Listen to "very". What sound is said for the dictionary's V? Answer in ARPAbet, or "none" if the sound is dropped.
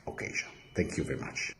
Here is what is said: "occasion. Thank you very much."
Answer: V